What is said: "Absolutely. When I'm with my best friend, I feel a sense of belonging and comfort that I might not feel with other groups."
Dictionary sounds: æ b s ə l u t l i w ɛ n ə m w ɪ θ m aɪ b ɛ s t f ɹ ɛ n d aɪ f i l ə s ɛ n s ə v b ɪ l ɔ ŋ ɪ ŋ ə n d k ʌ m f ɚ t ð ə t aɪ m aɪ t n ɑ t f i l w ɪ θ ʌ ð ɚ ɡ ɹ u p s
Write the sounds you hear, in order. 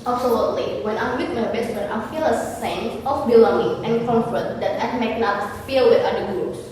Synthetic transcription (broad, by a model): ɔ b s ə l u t l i w ɛ n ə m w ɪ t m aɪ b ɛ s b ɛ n aɪ f i l ə s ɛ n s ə f b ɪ l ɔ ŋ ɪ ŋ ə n k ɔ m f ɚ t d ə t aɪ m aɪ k n ɑ t f i l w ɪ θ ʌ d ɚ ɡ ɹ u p s